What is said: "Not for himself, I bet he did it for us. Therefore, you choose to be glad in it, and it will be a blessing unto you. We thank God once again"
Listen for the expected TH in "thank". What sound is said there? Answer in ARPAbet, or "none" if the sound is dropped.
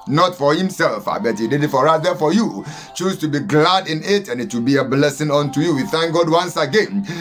TH